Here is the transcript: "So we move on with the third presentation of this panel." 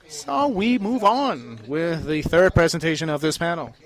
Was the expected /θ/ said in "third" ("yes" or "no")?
yes